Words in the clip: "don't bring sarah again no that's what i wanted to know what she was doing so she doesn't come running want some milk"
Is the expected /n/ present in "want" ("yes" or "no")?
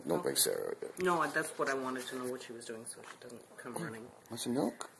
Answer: no